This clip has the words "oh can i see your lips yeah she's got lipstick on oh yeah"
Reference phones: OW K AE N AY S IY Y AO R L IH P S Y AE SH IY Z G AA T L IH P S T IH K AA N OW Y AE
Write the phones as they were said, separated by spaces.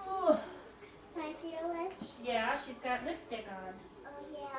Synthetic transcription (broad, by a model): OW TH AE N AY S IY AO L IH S Y AE SH IY Z G AA T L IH S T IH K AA N OW Y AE